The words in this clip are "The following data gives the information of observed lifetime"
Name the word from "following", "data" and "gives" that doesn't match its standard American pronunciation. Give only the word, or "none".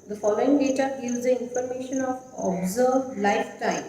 gives